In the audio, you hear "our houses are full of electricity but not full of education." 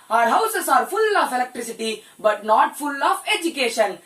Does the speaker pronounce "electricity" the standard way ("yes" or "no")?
yes